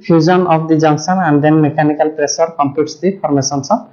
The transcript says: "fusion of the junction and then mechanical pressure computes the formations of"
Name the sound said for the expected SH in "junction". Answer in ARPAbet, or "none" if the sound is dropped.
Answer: S